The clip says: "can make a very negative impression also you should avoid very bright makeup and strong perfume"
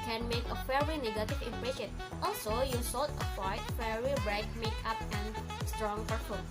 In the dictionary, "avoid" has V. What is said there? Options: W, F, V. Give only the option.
W